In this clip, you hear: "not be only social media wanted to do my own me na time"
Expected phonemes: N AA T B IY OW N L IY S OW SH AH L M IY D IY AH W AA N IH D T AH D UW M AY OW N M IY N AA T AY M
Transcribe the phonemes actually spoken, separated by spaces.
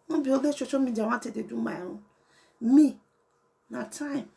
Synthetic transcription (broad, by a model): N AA B IY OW L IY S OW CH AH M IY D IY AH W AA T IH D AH D UW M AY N M IY N AA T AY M